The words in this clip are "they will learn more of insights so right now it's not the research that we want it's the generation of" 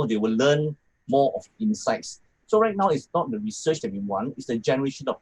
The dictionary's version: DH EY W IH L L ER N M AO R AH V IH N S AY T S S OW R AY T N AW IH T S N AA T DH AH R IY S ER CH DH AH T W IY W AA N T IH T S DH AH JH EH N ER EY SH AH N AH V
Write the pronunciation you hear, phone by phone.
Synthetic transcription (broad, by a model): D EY W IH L L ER N M AO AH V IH N S AY T S S OW R AY T N AW IH T S N AA T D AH R IY S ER CH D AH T W IY W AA N IH T S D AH JH EH N ER EY SH AH N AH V